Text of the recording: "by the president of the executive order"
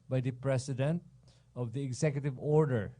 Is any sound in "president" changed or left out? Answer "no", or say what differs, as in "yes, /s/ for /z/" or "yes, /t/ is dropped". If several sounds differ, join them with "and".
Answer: yes, /s/ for /z/